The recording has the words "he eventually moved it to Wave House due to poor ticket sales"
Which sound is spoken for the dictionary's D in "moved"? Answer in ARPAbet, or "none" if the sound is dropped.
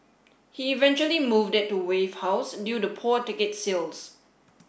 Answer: D